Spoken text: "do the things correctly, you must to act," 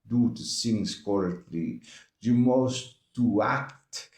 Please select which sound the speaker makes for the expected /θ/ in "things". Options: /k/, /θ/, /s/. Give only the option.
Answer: /s/